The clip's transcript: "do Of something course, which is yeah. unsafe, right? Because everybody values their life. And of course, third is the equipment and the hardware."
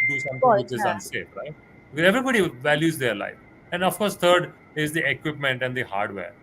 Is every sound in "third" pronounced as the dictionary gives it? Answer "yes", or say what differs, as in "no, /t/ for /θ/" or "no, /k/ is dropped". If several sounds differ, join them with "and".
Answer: no, /t/ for /θ/